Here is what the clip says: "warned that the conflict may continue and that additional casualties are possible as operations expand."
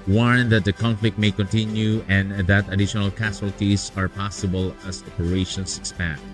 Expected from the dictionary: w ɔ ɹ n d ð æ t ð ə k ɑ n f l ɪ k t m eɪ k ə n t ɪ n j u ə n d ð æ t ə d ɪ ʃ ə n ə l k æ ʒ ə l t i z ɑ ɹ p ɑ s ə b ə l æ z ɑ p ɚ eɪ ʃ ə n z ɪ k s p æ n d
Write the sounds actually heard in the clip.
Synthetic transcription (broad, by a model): w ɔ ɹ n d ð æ t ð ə k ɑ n f l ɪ k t m eɪ k ə n t ɪ n j u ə n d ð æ t ə d ɪ ʃ ə n ə l k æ s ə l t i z ɑ ɹ p ɑ s ə b ə l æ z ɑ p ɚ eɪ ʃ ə n s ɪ k s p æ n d